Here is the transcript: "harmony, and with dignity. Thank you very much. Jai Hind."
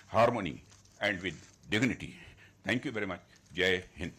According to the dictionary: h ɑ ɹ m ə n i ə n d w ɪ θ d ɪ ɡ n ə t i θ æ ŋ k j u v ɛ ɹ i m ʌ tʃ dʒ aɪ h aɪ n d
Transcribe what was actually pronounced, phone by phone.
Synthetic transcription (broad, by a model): h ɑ ɹ m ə n i ə n d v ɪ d d ɪ ɡ n ə t i t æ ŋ k j u v ɛ ɹ i m ʌ tʃ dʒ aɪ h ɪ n